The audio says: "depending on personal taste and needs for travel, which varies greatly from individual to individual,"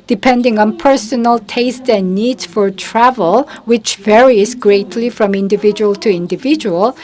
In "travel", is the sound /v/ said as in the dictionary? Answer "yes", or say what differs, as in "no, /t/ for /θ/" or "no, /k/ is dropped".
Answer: yes